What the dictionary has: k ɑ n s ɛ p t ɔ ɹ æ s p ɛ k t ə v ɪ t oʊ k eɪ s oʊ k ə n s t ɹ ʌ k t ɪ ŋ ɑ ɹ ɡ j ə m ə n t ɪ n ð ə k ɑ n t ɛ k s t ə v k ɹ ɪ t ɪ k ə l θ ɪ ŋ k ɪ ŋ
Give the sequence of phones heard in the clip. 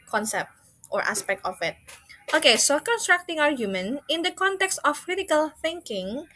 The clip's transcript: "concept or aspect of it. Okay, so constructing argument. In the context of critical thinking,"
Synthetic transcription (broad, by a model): k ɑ n s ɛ p t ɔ ɹ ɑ s p ɛ k t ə f ɪ t oʊ k eɪ s oʊ k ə n s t ɹ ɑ k t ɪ ŋ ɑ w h j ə m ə n ɪ n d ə k ɑ n t ɛ k s t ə f k ɹ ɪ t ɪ k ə l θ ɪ ŋ k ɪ ŋ